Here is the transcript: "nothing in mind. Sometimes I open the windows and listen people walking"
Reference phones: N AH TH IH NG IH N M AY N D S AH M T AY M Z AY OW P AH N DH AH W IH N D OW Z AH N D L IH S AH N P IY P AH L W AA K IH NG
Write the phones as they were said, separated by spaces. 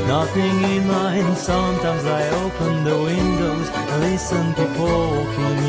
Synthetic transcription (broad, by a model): N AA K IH NG IH N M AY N S AH M T AY M Z AY OW P AH N DH AH W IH N D OW AH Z L IH S AH N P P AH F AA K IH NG